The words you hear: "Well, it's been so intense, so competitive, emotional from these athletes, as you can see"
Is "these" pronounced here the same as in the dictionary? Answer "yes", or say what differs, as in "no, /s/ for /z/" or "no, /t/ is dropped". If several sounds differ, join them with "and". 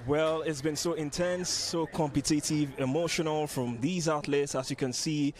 yes